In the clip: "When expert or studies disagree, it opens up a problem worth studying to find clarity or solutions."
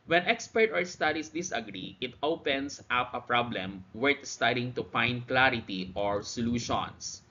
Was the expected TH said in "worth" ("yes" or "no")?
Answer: no